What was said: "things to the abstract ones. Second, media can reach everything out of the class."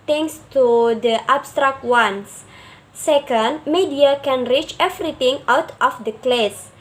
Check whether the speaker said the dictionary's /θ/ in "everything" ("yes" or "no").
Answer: no